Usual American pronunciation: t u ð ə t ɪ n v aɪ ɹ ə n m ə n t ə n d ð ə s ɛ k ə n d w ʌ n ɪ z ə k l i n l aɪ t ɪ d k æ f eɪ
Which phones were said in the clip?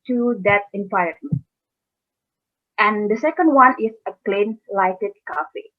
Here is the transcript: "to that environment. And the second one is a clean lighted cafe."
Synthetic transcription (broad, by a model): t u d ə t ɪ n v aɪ ə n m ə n t ə n d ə s ɛ k ə n d w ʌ n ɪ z ə k l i n l aɪ t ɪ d k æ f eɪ